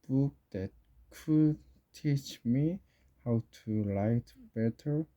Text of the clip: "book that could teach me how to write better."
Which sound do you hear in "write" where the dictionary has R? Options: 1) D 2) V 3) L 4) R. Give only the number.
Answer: 3